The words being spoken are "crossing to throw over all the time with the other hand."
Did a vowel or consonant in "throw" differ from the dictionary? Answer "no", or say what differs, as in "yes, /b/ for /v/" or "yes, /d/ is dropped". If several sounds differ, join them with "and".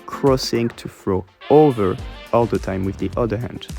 yes, /f/ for /θ/